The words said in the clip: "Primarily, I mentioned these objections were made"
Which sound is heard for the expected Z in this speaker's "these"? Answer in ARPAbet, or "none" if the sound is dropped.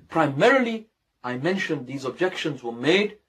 Z